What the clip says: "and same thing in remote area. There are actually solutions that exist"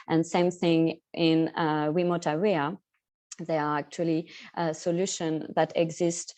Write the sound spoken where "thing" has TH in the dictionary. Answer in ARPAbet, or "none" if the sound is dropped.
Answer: TH